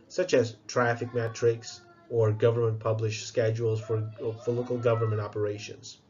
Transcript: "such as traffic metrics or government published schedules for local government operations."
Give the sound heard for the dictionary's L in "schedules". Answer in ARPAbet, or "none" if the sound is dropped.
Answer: L